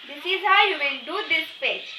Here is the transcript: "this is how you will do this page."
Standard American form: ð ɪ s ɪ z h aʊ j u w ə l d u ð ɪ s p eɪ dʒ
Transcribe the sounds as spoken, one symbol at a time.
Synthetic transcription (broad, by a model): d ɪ s ɪ z h aʊ j u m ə n d u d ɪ s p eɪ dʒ